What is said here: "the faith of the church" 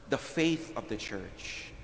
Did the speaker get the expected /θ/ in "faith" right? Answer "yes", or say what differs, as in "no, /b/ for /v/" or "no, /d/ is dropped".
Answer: yes